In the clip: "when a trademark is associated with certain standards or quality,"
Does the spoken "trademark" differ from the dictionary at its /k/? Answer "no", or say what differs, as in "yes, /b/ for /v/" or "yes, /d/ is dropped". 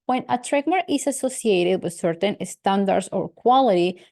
yes, /k/ is dropped